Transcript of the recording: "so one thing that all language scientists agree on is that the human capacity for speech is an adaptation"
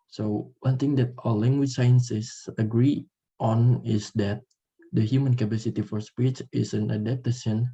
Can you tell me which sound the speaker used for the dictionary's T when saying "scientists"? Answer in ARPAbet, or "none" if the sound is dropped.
S